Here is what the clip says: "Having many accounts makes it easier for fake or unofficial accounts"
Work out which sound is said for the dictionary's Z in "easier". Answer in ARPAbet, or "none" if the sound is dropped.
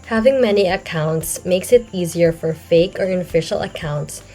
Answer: Z